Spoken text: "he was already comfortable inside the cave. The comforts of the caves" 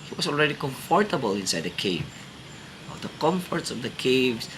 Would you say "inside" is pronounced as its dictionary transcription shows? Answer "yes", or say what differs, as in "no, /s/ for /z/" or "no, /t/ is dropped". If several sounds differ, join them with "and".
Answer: yes